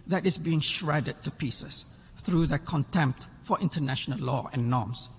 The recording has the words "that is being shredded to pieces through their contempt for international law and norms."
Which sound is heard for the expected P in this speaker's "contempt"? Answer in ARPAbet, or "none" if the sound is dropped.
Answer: P